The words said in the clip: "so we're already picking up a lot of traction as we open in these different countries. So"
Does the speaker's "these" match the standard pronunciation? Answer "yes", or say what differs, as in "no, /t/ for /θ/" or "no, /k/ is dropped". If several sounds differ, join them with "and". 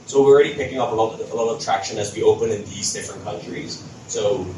yes